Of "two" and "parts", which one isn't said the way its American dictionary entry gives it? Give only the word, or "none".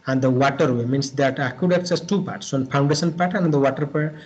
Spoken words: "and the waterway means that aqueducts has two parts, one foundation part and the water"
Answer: none